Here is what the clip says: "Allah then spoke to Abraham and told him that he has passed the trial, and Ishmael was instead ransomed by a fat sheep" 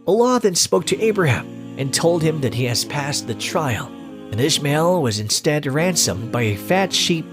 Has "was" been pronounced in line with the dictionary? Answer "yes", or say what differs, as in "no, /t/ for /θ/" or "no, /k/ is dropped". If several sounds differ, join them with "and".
yes